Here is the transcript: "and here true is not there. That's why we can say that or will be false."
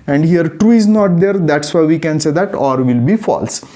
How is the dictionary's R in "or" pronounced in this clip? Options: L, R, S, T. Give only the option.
R